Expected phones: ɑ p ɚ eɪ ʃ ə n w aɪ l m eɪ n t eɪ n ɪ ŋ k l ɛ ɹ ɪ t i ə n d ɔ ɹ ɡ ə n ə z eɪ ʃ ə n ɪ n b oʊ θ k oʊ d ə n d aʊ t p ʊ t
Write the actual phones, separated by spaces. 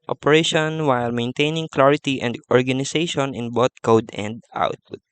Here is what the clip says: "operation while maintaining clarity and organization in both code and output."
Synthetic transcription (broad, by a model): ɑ p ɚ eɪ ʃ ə n w aɪ l m eɪ n t eɪ n ɪ ŋ k l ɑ ɹ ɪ t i ə n d ɔ ɹ ɡ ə n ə s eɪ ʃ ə n ɪ n b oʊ t k oʊ d ə n d aʊ t p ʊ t